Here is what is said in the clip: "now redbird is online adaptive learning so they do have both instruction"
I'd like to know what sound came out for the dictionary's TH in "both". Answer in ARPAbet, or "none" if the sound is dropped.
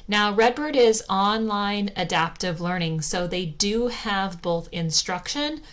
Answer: TH